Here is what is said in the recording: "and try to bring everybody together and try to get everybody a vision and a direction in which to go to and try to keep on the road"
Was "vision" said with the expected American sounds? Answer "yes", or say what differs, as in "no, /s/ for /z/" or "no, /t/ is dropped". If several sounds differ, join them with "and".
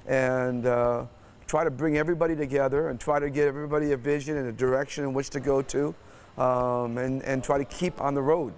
yes